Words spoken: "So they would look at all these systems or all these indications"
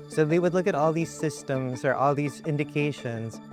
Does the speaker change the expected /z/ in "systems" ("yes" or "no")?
no